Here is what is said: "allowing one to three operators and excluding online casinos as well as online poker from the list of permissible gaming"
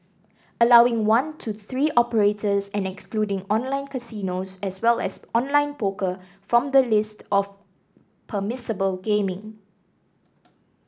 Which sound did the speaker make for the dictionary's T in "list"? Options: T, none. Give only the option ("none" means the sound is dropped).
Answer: T